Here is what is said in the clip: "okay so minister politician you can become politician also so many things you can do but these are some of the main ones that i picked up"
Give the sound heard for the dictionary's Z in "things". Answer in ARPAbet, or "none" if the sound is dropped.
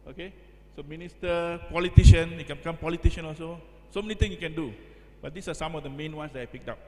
none